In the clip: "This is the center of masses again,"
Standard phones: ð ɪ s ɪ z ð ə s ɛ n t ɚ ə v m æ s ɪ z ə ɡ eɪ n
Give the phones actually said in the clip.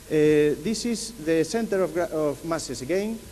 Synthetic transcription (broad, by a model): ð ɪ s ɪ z ð ə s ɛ n t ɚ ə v m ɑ s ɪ s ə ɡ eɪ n